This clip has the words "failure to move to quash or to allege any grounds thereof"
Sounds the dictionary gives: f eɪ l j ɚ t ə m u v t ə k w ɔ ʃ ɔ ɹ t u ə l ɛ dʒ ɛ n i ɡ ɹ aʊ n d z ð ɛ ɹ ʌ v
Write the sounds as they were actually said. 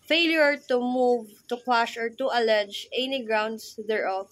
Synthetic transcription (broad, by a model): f eɪ l j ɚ t ə m u v t ə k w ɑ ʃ ɔ ɹ t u ə l ɛ dʒ ɛ n i ɡ ɹ aʊ n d s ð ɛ ɹ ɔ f